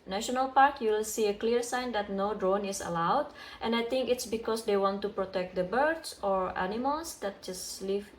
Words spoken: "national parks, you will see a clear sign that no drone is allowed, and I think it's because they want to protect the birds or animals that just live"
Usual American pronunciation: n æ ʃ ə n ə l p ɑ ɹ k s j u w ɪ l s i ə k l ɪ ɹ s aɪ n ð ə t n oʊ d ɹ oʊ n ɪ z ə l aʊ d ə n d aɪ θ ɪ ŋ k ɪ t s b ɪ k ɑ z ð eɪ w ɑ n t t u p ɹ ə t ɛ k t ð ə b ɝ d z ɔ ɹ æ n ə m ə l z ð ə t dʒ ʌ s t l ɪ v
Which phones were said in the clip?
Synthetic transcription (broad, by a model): n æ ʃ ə n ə l p ɑ ɹ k j u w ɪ l s i ə k l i ɹ s aɪ n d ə t n oʊ d ɹ oʊ n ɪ s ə l aʊ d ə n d aɪ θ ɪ ŋ k ɪ t s b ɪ k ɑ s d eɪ w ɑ n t t u p ɹ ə t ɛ k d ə b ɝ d s ɔ ɹ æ n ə m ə l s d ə t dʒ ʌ s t l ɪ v